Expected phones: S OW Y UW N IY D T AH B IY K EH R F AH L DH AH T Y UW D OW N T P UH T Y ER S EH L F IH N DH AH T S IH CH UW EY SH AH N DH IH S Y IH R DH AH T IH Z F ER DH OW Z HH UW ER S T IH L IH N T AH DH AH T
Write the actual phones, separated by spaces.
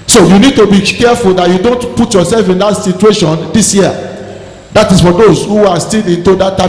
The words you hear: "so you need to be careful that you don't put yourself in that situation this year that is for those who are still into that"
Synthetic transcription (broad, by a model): S OW Y UW N IY D T AH B IY K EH F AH L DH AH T Y UW D OW N T P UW T Y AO S EH L F IH N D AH T S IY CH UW EY SH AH N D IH S Y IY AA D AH T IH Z F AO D OW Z HH UW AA S T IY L IH N T AH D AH T